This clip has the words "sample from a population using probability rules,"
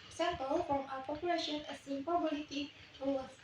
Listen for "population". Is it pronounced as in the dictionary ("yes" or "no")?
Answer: yes